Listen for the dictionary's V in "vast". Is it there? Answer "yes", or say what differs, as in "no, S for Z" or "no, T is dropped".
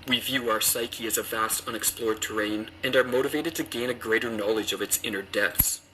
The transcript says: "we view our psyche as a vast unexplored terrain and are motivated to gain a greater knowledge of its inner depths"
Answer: yes